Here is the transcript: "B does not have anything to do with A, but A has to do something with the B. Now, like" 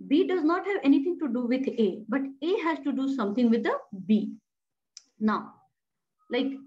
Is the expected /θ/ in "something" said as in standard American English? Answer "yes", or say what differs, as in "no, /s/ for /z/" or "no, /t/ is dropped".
no, /t/ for /θ/